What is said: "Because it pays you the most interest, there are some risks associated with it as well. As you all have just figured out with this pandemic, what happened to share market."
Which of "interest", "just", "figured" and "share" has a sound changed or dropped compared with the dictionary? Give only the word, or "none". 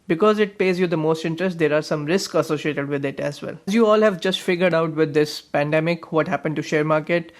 none